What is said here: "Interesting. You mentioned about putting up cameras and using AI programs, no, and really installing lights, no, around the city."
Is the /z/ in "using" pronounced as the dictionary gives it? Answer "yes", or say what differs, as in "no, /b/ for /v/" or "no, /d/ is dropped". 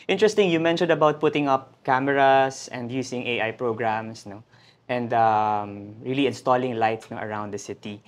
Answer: no, /s/ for /z/